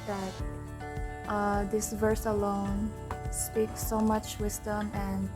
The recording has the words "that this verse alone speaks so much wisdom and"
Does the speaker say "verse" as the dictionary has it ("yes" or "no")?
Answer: yes